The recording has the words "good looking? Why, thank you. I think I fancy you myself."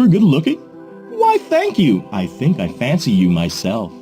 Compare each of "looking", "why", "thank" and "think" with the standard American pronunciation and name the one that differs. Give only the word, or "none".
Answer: none